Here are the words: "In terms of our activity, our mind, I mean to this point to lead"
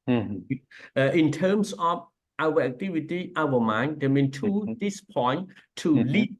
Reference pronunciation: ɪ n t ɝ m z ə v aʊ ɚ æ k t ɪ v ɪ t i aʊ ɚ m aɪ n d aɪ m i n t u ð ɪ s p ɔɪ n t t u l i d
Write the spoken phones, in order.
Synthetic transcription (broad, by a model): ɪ n t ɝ m s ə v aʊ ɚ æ k t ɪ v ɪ t i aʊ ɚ m aɪ n d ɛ m i n t u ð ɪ s p ɔɪ n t t u l i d